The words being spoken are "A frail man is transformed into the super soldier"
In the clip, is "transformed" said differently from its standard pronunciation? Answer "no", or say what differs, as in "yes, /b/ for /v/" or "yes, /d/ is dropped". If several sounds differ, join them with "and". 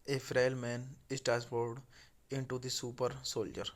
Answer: yes, /n/ is dropped and /m/ is dropped